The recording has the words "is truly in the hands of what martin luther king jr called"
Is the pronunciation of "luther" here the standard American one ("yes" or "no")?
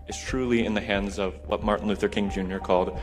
yes